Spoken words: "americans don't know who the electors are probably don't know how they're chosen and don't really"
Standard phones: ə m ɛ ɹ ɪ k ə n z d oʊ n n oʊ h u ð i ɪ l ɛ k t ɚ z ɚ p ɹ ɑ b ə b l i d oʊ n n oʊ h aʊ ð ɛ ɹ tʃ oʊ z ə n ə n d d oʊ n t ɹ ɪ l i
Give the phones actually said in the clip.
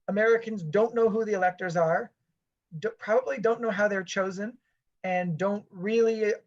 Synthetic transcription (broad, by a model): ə m ɛ ɹ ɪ k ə n z d oʊ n n oʊ h u ð i ɪ l ɛ k t ɚ z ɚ p ɹ ɑ b ə b l i d oʊ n n oʊ h aʊ ð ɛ ɹ tʃ oʊ z ə n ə n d d oʊ n t ɹ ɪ l i